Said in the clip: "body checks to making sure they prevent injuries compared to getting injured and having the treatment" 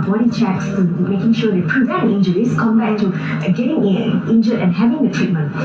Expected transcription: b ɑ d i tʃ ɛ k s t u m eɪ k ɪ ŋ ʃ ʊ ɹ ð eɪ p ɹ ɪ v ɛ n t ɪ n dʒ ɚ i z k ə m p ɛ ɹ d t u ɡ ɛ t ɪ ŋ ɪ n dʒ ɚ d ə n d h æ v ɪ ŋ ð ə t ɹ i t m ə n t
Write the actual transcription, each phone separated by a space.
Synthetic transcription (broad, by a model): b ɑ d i tʃ ɛ k s t u m eɪ k ɪ ŋ ʃ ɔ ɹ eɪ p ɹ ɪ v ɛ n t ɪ n dʒ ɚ i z k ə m b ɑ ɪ t u ɡ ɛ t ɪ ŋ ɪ n dʒ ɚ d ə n h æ v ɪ ŋ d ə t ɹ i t m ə n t